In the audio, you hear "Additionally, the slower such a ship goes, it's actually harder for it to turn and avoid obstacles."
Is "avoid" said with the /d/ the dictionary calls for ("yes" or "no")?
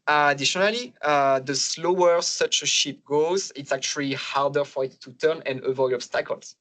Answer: no